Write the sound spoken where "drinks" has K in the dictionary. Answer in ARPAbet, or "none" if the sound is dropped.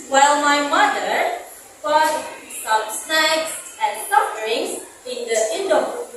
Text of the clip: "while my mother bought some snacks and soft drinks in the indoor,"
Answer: none